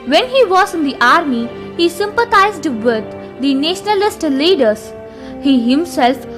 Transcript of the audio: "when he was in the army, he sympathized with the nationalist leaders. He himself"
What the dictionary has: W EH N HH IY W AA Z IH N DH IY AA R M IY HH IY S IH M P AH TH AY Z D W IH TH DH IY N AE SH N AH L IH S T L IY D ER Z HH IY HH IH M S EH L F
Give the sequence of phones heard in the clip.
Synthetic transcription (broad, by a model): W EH N HH IY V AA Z IH N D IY AA R M IY HH IY S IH M P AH T AY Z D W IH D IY N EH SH N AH L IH S T L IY D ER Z HH IY HH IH M S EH L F